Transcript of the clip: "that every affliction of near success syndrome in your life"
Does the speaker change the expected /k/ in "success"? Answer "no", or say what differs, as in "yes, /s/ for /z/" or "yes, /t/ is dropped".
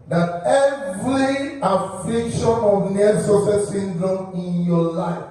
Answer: yes, /k/ is dropped